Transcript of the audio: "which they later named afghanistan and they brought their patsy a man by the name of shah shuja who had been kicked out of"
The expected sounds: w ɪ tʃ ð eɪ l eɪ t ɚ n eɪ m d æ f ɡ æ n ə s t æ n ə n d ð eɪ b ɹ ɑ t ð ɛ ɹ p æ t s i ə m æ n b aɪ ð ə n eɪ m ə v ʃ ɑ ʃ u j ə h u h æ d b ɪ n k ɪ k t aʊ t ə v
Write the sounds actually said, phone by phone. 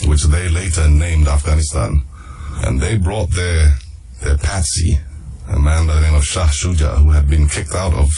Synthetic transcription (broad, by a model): w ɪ tʃ ð eɪ l eɪ t ɚ n eɪ m d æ f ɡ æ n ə s t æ n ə n ð eɪ b ɹ ɑ t ð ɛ ɹ p æ t s i ə m æ n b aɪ ð ə n eɪ m ə v ʃ ɑ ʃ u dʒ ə h u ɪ d b ɪ n k ɪ k t aʊ t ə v